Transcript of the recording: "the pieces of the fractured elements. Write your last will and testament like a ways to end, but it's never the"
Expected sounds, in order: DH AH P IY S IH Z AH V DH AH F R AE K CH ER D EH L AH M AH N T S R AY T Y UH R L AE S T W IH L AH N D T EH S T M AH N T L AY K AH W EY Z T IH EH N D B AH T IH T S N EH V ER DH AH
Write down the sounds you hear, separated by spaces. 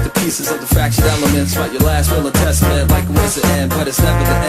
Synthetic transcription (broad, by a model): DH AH P IY S IH Z AH V DH AH F R AE K SH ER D EH L AH M AH N T S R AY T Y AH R L AE S T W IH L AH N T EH S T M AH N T L AY K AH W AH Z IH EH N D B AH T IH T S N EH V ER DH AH